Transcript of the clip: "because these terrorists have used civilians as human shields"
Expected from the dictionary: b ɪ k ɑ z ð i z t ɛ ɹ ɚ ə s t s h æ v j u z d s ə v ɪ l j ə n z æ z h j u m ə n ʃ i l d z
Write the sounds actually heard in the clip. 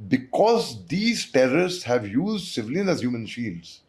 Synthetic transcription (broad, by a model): b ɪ k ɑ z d i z t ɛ ɹ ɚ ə t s h æ v j u z d s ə v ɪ l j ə n æ z h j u m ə n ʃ i l d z